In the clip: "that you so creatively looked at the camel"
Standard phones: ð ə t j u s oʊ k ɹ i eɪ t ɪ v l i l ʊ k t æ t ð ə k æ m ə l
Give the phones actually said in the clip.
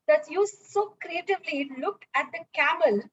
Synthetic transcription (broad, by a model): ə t j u s oʊ k ɹ i eɪ t ɪ v l i l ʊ k æ t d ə k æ m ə l